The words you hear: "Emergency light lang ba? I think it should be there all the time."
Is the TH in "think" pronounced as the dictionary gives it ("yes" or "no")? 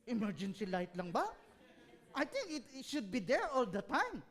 no